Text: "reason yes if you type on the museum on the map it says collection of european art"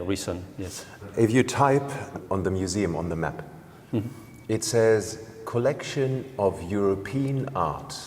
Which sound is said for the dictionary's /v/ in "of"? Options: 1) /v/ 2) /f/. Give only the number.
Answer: 1